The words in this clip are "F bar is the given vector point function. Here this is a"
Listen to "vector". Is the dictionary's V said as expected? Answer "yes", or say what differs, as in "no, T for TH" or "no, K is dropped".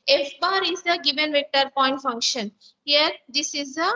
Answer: yes